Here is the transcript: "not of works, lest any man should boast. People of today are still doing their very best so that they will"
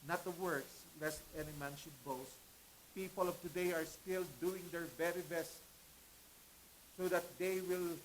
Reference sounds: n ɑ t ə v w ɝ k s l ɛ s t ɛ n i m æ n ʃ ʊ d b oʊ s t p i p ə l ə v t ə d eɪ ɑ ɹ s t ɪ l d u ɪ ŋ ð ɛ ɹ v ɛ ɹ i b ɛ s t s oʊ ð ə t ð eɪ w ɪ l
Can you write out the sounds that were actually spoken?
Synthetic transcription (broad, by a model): n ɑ t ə w ɝ k s l ɛ s t ɛ n i m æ n ʃ ʊ d b oʊ s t p i p ə l ə v t ə d eɪ ɑ ɹ s t ɪ l d u ɪ ŋ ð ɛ ɹ v ɛ ɹ i b ɛ s t s oʊ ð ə t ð eɪ w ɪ l